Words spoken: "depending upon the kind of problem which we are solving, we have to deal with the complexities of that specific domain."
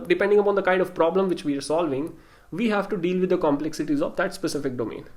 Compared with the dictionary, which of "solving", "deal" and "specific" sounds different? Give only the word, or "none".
none